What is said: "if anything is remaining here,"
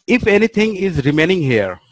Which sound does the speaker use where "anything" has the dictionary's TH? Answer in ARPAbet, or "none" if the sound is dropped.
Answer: T